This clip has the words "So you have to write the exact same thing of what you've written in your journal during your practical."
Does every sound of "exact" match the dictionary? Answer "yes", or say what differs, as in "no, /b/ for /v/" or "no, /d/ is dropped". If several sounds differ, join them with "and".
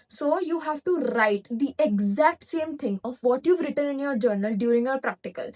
yes